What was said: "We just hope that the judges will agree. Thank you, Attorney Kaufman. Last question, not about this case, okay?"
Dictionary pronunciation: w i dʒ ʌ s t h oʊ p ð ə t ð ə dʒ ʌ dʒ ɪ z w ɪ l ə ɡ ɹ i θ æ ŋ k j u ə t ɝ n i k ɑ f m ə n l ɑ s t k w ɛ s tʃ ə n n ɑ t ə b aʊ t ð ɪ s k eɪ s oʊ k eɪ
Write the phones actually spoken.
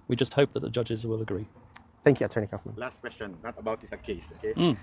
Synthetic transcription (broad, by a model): w i dʒ ʌ s t h oʊ p ð ə t ð ə dʒ ʌ dʒ ɪ z w ɪ l ə ɡ ɹ i θ æ ŋ k j u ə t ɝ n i k ɑ f m ə n l ɑ s t k w ɛ s tʃ ə n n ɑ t ə b aʊ t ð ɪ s k eɪ s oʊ k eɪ